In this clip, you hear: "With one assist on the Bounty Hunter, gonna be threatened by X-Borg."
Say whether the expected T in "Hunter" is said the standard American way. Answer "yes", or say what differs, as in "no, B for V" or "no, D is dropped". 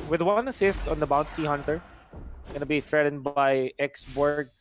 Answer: yes